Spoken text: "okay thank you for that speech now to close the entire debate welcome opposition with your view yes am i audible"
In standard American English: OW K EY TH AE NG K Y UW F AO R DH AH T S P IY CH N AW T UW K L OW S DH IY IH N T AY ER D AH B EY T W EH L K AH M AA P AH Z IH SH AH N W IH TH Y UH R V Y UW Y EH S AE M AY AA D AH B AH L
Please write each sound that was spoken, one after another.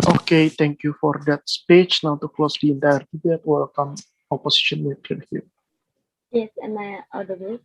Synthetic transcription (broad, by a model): OW K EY T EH NG K Y UW F AO R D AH T S P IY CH N AW T UW K L OW S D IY IH N T AY ER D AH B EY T W EH L K AH M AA P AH S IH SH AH N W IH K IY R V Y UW Y EH S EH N AY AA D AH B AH